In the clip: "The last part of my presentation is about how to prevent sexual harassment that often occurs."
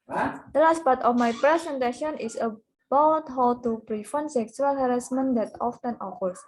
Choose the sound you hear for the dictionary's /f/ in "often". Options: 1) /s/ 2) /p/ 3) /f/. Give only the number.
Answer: 3